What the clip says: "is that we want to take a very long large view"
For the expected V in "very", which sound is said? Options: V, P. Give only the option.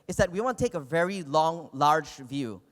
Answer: V